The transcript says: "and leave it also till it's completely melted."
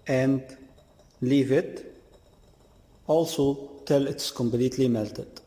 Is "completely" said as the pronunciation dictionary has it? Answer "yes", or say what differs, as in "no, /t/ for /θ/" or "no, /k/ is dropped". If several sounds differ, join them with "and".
no, /b/ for /p/